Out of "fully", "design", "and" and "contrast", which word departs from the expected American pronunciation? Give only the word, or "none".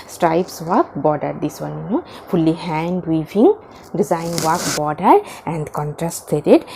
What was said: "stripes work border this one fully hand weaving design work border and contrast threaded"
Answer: none